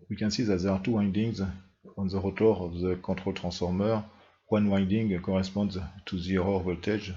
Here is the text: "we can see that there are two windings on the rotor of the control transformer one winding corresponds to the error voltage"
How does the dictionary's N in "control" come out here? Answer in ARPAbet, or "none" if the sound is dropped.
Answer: none